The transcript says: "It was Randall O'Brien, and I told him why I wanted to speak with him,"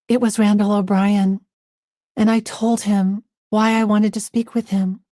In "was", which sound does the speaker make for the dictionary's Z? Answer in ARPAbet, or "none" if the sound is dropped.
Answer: Z